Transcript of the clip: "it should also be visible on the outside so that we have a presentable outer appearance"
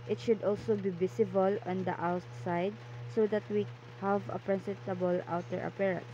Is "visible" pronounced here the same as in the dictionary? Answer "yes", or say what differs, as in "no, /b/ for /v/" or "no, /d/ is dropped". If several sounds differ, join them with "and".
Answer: no, /s/ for /z/